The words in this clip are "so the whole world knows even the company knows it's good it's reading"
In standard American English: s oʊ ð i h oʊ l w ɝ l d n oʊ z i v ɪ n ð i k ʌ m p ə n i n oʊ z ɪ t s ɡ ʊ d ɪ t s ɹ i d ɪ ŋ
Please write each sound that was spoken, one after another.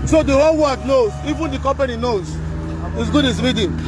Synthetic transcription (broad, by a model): s oʊ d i h oʊ l w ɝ d n oʊ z i v ɪ n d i k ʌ m p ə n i n oʊ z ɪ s ɡ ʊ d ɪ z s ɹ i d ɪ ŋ